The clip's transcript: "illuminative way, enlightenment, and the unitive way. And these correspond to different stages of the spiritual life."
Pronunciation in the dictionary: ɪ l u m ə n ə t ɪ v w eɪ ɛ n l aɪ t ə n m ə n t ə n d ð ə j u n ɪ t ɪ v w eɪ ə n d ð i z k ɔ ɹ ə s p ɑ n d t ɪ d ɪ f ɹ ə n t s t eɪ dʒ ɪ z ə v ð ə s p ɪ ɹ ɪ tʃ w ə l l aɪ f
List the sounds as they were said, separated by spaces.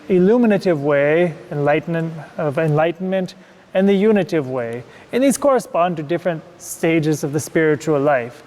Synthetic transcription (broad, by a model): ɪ l u m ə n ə t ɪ v w eɪ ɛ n l aɪ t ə n m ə n t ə n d ð ə j u n ɪ t ɪ v w eɪ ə n ð i z k ɔ ɹ ə s p ɑ n d t ɪ d ɪ f ɹ ə n t s t eɪ dʒ ɪ z ə v ð ə s p ɪ ɹ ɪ tʃ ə l l aɪ f